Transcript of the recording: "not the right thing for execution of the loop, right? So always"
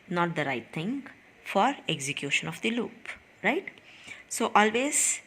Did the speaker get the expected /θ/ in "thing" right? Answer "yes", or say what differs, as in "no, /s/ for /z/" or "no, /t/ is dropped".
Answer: no, /t/ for /θ/